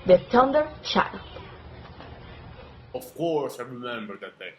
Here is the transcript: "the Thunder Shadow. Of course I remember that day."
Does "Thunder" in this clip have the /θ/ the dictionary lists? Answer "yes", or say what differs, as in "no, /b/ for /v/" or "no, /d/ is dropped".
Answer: no, /t/ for /θ/